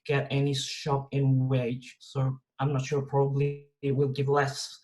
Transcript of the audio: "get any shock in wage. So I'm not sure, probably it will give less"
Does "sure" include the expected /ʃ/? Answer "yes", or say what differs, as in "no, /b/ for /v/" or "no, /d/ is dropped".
yes